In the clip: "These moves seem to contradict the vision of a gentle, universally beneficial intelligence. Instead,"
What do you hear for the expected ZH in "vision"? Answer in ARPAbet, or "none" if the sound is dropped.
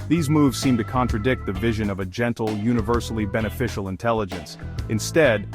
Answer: ZH